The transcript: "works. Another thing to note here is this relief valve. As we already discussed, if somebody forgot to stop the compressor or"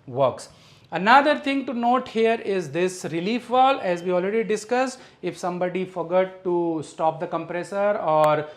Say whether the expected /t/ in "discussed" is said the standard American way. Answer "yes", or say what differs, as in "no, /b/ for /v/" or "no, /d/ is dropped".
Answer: no, /t/ is dropped